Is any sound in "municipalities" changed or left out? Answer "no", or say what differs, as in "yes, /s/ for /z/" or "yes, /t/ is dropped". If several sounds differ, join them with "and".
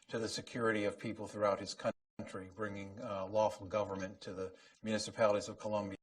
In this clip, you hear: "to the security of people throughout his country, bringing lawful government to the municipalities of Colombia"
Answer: no